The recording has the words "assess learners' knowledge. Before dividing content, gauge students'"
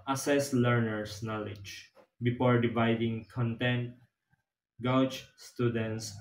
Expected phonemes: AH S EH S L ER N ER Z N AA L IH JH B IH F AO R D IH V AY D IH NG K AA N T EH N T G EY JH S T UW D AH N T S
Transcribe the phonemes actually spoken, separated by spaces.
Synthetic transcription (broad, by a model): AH S EH S L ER N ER S N AA L IH JH B IH F AO R D IH V AY D IH NG K AA N T EH N T G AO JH S T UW D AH N T S